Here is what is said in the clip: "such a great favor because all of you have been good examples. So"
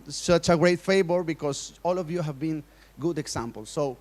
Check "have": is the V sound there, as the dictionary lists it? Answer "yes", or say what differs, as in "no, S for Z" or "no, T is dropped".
yes